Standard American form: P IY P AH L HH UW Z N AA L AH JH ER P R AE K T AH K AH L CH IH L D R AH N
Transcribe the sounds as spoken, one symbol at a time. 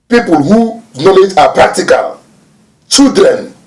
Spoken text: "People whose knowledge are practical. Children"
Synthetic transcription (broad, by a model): P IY P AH L HH UW N AA L AH JH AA P R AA K T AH K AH L CH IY L D R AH N